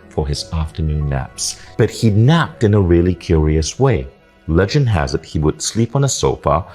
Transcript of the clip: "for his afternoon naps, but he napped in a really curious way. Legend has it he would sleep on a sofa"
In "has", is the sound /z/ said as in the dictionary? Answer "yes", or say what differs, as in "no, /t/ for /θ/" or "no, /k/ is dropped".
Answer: yes